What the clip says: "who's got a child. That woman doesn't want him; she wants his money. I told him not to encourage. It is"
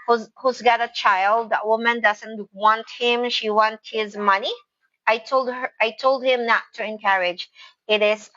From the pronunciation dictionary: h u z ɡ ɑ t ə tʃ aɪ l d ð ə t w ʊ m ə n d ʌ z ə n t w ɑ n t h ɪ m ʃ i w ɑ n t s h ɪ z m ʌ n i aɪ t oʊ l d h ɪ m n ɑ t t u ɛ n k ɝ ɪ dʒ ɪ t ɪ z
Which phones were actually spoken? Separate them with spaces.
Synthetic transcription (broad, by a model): h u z ɡ ɑ t ə tʃ aɪ l d ð ə t w ʊ m ə n d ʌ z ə n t w ɑ n t h ɪ m ʃ i w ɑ n t h ɪ z m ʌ n i aɪ t oʊ l d h ɪ m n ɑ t t u ɛ n k ɝ ɪ dʒ ɪ t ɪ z